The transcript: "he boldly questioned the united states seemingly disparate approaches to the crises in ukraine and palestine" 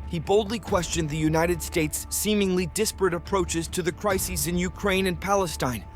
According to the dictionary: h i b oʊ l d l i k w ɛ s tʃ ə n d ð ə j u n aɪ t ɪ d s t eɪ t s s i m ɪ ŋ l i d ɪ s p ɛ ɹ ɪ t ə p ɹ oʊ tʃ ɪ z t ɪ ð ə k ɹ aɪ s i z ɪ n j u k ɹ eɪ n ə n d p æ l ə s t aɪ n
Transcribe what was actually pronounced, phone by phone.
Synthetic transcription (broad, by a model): h i b oʊ l d l i k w ɛ s tʃ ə n ð ə j u n aɪ t ɪ d s t eɪ t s s i m ɪ ŋ l i d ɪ s p ɹ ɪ t ə p ɹ oʊ tʃ ɪ z t ɪ ð ə k ɹ aɪ s i z ɪ n j u k ɹ eɪ n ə n p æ l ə s t aɪ n